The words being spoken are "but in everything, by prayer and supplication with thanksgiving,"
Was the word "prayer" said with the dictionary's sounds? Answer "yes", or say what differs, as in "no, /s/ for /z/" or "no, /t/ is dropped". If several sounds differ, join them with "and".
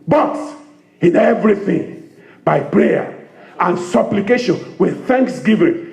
yes